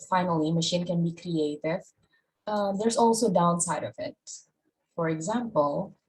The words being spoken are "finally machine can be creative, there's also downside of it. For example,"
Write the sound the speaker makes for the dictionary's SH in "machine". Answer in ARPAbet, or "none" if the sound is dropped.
SH